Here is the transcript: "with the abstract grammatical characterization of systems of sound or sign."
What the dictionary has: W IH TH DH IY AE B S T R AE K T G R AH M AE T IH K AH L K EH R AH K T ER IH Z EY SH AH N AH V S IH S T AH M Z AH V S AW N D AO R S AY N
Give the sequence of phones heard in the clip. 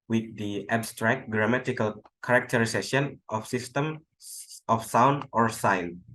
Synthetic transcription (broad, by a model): W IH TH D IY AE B S T R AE K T G R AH M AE T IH K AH L K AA R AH K T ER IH S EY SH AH N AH F S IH S T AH M AH F S AW N D AO R S AY N